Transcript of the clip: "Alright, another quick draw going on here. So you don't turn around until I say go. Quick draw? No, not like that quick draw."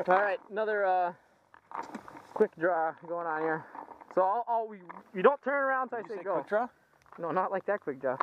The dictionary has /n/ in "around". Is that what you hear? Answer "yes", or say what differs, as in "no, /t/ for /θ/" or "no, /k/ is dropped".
yes